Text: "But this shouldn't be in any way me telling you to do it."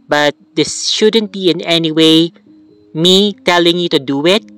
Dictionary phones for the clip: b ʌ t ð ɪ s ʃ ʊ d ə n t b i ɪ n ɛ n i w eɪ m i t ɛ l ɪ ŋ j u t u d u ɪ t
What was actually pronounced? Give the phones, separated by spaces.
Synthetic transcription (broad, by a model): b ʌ t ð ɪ s ʃ ʊ d ə n t b i ɪ n ɛ n i w eɪ m i t ɛ l ɪ ŋ j u t u d u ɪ t